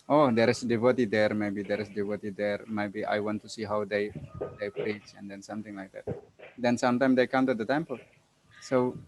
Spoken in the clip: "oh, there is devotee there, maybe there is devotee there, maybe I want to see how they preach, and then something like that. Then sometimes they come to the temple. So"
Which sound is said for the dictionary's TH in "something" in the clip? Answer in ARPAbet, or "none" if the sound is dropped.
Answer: T